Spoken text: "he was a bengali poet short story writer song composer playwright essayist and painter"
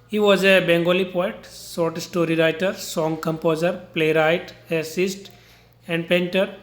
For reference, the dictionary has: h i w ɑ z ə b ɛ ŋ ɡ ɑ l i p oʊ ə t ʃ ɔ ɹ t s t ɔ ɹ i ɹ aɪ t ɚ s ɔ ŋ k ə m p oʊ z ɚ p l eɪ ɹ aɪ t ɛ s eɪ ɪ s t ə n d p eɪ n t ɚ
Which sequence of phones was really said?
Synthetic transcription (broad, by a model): h i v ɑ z ə b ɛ ŋ ɡ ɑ l i p oʊ ə t s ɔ ɹ t s t ɔ ɹ i ɹ aɪ t ɚ s ɔ ŋ k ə m p oʊ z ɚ p l eɪ ɹ aɪ t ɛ s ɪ s t ə n d p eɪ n t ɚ